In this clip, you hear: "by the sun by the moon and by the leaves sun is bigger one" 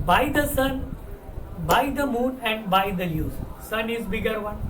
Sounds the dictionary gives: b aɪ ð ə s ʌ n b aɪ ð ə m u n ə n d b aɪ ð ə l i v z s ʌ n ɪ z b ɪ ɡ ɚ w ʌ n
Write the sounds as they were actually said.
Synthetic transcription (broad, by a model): b aɪ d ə s ʌ n b aɪ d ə m u n ə n d b aɪ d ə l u z s ʌ n ɪ z b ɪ ɡ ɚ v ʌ n